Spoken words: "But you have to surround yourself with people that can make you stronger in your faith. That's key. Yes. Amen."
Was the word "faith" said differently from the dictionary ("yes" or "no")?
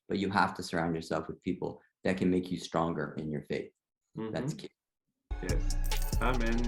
no